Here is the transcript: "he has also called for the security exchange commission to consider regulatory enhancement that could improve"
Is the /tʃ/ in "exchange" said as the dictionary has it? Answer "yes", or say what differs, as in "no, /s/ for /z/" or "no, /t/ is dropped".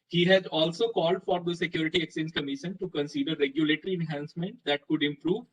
no, /tʃ/ is dropped